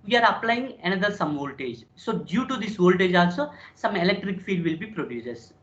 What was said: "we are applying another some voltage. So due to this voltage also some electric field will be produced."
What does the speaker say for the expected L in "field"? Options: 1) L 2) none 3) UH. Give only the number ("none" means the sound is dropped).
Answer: 2